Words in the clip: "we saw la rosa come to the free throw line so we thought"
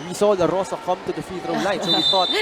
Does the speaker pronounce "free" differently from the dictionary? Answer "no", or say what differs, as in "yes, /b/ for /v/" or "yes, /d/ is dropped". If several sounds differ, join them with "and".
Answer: yes, /ɹ/ is dropped